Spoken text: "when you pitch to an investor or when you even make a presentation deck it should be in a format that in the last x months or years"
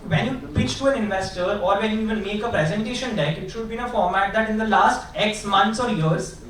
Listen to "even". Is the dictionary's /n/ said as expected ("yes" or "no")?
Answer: no